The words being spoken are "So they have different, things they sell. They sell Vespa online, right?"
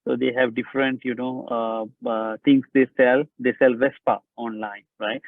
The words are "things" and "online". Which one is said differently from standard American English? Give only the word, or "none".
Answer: things